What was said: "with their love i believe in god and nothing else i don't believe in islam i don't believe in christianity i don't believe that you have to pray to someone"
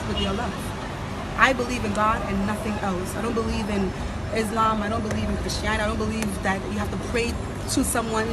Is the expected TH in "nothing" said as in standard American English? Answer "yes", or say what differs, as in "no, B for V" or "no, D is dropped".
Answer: yes